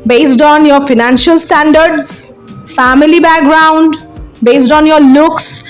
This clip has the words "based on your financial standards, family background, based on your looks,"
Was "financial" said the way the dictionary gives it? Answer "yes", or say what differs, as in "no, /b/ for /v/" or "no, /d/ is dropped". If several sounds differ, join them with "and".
yes